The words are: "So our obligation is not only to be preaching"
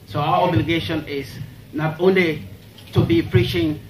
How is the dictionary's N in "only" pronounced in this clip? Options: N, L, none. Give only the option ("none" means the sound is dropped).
N